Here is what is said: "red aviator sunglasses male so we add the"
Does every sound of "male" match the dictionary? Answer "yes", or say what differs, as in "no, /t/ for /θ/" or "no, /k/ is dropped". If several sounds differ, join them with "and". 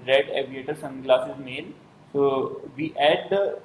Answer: no, /n/ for /l/